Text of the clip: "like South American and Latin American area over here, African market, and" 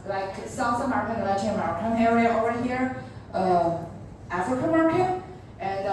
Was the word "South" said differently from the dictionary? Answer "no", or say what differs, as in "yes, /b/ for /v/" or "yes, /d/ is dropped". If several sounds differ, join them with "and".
yes, /s/ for /θ/